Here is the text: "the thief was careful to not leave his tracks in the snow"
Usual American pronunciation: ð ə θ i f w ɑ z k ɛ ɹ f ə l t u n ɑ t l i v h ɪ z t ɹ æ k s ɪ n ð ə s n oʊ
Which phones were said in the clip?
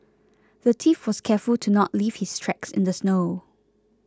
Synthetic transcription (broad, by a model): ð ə t i f w ɑ s k ɛ f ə l t u n ɑ t l i v h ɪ s t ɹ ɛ k s ɪ n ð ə s n oʊ